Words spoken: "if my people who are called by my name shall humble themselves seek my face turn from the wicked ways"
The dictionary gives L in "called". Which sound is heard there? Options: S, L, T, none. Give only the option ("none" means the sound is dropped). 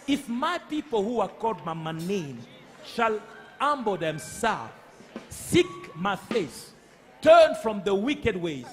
none